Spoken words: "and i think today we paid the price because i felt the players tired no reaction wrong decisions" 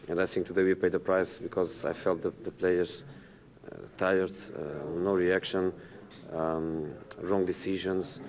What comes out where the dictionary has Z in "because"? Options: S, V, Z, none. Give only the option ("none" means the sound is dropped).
Z